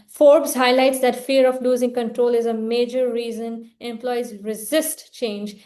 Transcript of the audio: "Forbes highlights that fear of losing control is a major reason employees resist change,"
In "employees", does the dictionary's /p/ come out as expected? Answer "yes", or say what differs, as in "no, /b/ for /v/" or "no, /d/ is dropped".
yes